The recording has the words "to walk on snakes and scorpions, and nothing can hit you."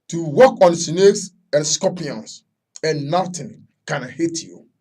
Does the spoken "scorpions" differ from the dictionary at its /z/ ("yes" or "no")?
yes